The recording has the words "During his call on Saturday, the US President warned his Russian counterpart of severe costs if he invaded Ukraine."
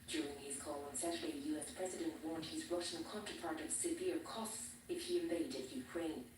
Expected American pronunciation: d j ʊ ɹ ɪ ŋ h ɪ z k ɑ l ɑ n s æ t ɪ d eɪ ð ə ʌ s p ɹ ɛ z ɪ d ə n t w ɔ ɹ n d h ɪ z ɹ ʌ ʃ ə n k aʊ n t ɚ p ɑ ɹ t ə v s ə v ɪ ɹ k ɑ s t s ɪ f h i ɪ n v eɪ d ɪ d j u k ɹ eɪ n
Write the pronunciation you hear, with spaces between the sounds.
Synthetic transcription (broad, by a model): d j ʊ ɹ ɪ ŋ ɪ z k ɑ l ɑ n s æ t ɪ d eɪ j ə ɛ s p ɹ ɛ z ɪ d ə n t w ɔ ɹ n d h ɪ z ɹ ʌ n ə k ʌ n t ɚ p ɑ ɹ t ə v s ə v ɪ ɹ k ɑ s t s ɪ f h i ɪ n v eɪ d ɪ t j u k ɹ eɪ n